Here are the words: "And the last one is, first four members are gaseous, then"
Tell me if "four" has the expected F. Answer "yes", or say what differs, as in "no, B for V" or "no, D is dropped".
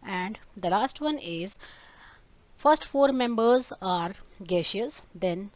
yes